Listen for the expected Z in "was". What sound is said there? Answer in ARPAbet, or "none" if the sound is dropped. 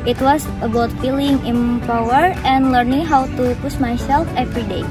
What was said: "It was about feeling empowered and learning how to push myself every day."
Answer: S